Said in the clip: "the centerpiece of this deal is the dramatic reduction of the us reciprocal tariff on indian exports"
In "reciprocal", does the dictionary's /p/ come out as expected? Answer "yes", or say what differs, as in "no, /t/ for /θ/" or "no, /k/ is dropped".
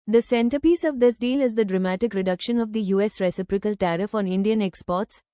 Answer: yes